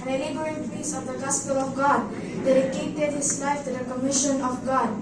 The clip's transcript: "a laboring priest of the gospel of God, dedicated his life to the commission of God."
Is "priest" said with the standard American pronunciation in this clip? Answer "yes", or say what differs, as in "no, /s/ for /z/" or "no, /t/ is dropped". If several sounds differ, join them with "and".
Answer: no, /ɹ/ is dropped and /t/ is dropped